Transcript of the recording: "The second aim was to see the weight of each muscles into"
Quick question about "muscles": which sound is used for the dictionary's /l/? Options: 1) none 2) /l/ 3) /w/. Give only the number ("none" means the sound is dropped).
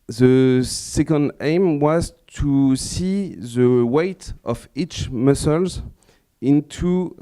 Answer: 2